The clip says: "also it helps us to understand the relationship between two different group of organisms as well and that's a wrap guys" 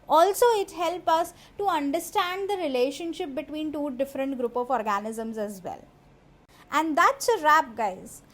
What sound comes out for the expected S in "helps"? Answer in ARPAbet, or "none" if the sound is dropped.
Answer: none